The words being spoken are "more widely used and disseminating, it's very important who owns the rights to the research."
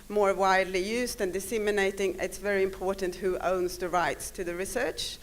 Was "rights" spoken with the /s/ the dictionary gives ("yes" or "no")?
yes